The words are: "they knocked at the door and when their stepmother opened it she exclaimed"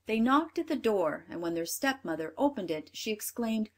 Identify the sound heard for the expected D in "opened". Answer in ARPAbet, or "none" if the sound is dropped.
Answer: D